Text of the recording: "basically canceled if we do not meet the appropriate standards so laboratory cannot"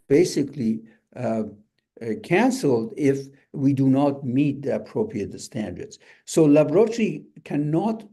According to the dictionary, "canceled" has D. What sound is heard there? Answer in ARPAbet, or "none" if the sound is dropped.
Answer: D